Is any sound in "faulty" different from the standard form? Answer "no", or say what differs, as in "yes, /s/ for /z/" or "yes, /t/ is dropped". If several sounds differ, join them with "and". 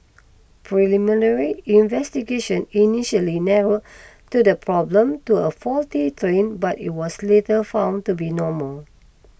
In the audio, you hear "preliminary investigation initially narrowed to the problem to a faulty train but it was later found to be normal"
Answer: no